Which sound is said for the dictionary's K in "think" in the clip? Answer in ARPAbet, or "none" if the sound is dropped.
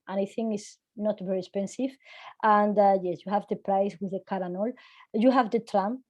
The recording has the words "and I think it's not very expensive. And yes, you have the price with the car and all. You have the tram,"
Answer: none